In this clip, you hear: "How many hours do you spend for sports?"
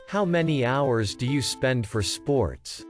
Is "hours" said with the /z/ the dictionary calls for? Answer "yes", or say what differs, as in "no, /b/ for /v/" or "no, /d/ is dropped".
yes